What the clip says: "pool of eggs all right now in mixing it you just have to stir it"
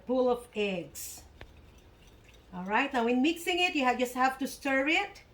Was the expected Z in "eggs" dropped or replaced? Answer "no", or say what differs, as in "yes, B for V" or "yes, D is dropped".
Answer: yes, S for Z